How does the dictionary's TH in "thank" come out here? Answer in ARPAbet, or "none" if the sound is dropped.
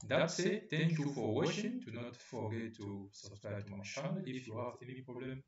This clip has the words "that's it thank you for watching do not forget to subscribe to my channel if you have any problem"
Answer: T